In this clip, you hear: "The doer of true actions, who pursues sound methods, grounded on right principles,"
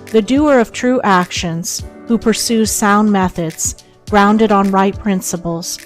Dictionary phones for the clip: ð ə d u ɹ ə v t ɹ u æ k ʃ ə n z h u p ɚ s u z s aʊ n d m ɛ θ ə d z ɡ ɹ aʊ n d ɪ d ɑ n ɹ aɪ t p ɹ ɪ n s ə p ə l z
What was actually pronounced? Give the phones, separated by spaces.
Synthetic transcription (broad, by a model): ð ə d u ɹ ə v t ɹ u æ k ʃ ə n z h u p ɚ s u z s aʊ n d m ɛ θ ə d z ɡ ɹ aʊ n d ɪ d n ɹ aɪ t p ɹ ɪ n s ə p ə l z